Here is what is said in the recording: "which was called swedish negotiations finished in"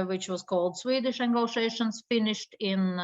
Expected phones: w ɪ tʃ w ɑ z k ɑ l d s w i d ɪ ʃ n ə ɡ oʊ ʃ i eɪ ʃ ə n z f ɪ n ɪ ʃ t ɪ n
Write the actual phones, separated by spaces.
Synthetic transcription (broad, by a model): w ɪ tʃ w ɑ z k ɑ l d s w i d ɪ ʃ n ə ɡ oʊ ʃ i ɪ ʃ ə n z f ɪ n ɪ ʃ t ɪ n